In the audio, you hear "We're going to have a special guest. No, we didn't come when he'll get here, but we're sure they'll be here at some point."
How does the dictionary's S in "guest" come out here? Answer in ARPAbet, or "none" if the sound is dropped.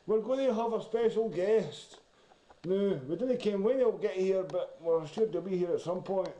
S